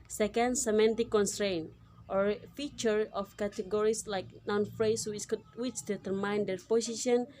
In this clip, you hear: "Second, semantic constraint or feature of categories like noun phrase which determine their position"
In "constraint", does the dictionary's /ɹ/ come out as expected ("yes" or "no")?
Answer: yes